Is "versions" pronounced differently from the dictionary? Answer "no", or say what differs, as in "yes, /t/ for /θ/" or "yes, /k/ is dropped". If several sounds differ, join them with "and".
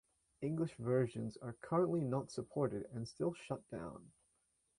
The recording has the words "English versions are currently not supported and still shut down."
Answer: no